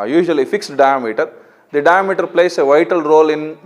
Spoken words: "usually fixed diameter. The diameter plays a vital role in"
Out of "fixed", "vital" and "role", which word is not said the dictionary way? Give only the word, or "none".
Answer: none